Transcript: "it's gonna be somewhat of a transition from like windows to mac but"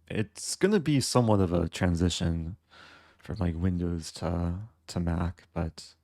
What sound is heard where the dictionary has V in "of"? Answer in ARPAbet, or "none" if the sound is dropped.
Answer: V